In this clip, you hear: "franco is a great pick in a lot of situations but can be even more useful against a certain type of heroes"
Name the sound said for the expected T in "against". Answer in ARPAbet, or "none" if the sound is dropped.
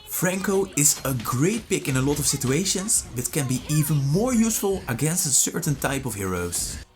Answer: T